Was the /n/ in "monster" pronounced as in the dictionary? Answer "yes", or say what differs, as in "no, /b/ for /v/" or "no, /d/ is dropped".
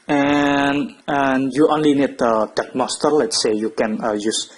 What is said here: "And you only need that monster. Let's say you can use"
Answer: no, /n/ is dropped